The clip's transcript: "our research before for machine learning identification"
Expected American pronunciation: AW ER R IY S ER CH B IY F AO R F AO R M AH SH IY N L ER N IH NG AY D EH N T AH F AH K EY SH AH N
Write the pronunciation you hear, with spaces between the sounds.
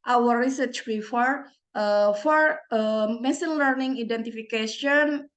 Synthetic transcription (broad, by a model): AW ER R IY S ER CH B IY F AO R F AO R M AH S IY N L ER N IH NG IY D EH N T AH F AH K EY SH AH N